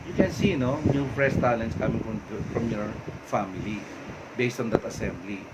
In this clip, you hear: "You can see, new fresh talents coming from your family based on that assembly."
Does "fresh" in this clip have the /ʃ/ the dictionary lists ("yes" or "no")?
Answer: no